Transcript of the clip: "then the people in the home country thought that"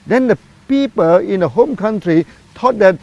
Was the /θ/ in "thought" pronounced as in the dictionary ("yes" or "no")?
no